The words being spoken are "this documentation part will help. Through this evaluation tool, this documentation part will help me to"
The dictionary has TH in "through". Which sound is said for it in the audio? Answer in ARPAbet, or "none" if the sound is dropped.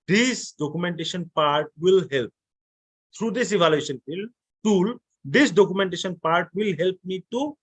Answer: T